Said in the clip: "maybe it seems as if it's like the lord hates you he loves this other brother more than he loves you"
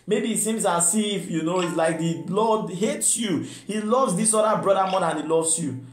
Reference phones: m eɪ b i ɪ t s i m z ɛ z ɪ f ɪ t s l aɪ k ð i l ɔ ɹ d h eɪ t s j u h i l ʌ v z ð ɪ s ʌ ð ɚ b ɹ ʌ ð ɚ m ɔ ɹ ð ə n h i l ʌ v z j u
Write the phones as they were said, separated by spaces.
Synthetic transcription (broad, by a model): m eɪ b i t s i m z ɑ s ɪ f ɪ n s l aɪ k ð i l ɔ d h eɪ t s j u h i l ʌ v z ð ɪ s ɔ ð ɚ b ɹ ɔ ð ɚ m ɔ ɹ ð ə n h i l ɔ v s j u